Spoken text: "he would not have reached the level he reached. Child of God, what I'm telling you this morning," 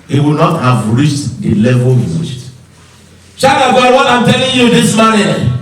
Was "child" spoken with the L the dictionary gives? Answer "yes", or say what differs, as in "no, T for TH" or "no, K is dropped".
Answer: no, L is dropped